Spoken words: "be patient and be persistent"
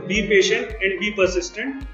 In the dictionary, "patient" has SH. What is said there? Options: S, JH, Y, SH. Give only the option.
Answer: SH